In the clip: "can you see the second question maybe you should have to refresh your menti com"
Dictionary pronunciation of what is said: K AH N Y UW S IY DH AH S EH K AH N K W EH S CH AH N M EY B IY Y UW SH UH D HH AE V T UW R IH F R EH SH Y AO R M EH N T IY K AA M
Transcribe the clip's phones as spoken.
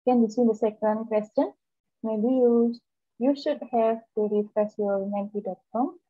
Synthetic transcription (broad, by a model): K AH N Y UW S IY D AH S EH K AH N K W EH S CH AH N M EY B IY Y UW SH UH D HH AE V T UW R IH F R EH S Y AO R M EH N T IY K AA M